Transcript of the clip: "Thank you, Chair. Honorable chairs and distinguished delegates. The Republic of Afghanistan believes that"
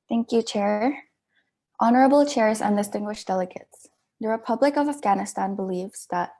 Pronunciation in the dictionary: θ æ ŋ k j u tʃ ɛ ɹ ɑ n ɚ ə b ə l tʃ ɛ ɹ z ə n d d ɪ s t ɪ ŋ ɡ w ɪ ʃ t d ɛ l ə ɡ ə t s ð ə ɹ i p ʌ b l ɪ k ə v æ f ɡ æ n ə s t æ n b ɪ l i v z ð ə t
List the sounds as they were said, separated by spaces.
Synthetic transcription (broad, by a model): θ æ ŋ k j u tʃ ɛ ɹ ɑ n ɚ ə b l tʃ ɛ ɹ z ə n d d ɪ s t ɪ ŋ ɡ w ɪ ʃ d ɛ l ə ɡ ə t s ð ə ɹ i p ʌ b l ɪ k ə v æ f ɡ æ n ə s t æ n b ɪ l i v z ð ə t